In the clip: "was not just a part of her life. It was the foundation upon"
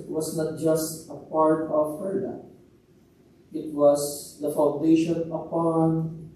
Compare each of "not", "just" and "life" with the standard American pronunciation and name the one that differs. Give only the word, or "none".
life